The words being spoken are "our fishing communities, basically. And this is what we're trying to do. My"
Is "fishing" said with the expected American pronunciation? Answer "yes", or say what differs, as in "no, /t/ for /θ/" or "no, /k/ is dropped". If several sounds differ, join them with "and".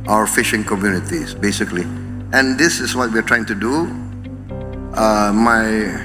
yes